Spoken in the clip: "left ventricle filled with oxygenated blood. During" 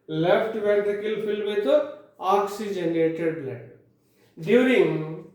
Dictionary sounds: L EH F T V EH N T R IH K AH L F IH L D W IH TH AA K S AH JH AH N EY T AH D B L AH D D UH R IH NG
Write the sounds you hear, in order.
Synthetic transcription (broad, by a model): L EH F T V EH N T IH K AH L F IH L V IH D AA K S AH JH AH N EY T AH D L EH D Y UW R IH NG